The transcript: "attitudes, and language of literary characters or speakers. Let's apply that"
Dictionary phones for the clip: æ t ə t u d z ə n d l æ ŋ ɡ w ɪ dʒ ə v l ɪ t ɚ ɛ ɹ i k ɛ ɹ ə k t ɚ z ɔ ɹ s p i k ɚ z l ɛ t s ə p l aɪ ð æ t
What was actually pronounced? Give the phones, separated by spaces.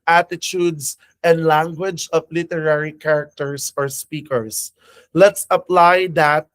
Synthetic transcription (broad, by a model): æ t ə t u d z ə n d l æ ŋ ɡ w ɪ dʒ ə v l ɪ t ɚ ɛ ɹ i k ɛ ɹ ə k t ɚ s ɔ ɹ s p i k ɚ s l ɛ t s ə p l aɪ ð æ t